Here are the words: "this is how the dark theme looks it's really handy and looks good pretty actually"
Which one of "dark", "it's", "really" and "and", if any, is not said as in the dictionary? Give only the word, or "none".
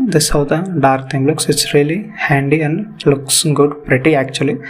none